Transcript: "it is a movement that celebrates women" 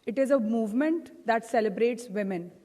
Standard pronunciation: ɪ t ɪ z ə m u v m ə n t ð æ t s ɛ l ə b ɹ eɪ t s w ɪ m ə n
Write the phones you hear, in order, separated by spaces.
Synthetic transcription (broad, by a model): ɪ t ɪ z ə m u v m ə n t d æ t s ɛ l ə b ɹ eɪ t s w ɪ m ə n